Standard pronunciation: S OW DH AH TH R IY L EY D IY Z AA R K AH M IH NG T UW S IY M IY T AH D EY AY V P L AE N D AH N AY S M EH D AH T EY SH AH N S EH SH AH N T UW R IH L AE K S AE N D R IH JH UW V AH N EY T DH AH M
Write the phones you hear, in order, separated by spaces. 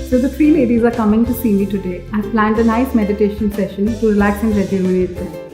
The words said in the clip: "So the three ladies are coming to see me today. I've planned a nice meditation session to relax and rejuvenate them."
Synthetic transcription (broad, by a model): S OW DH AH T R IY L EY D IY Z AA R K AH M IH NG T UW S IY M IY T AH D EY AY P L AE N D AH N AY S M EH D AH T EY SH AH N S EH SH AH N T UW R IH L AE K S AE N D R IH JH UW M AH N EY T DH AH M